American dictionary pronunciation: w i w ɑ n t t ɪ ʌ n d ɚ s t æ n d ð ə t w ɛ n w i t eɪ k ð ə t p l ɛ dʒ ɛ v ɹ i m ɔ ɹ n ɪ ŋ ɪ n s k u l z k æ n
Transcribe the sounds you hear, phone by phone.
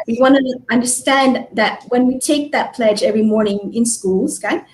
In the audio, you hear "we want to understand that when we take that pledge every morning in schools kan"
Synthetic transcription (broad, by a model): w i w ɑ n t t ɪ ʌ n d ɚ s t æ n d ð ə t w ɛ n w i t eɪ k ð ə t p l ɛ dʒ ɛ v ɹ i m ɔ ɹ n ɪ ŋ ɪ n s k u l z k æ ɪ